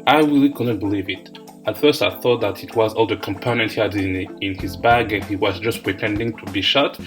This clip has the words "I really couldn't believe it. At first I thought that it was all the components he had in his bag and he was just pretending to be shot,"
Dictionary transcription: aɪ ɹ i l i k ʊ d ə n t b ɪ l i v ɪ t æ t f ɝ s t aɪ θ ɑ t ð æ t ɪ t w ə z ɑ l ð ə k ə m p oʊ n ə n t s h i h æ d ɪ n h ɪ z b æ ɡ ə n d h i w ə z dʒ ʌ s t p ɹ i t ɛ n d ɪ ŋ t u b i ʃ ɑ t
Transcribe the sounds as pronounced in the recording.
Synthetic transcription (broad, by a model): aɪ ɹ i l i k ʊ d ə n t b ɪ l i v ɪ t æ t f ɝ s t aɪ θ ɑ t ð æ t ɪ t w ə z ɑ l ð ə k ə m p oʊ n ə n t h i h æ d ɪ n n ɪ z b æ ɡ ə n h i w ə z dʒ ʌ s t p ɹ i t ɛ n d ɪ ŋ t u b i ʃ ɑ t